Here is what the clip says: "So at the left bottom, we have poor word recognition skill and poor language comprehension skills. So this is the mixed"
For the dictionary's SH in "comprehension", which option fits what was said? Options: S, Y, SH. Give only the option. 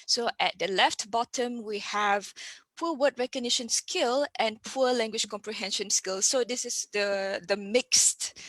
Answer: SH